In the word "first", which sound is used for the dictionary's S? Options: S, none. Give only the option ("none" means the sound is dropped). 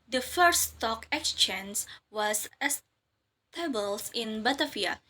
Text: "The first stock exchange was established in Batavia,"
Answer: none